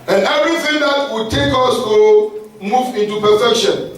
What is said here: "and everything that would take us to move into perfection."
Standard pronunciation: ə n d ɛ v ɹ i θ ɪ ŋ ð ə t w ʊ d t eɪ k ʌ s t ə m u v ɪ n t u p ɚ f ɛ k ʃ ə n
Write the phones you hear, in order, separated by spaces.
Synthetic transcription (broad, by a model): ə n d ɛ ɹ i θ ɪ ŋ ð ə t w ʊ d t eɪ k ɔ s t ə m u v ɪ n t u p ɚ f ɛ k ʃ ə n